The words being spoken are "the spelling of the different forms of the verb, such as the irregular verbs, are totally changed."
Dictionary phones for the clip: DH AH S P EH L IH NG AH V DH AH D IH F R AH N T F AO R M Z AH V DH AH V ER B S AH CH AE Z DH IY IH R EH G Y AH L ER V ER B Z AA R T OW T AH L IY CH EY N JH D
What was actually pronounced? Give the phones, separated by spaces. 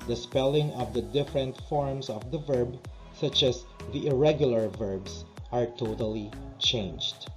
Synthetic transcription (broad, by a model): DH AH S P EH L IH NG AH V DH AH D IH F R AH N T F AO R M S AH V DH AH V ER B S AH CH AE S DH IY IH R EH G Y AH L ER V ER B S AA R T OW T AH L IY CH EY N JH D